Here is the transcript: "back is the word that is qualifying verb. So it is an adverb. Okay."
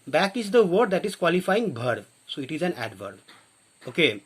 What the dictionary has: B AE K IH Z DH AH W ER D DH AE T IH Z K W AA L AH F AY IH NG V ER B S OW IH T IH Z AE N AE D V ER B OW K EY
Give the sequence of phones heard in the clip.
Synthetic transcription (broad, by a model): B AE K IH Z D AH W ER D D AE T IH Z K W AA L AH F AY IH NG B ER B S OW IH T IH Z AE N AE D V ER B OW K EY